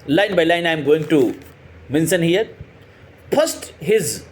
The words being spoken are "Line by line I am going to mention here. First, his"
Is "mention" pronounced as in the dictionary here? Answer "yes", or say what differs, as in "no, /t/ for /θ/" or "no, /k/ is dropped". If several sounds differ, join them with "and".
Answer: no, /s/ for /ʃ/